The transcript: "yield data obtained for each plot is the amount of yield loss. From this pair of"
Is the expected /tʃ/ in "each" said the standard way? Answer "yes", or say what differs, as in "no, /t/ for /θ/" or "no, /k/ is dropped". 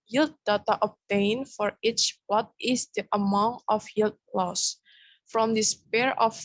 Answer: yes